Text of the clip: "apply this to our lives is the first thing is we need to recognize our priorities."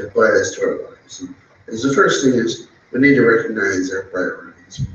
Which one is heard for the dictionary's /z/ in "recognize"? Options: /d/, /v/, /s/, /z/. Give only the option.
/z/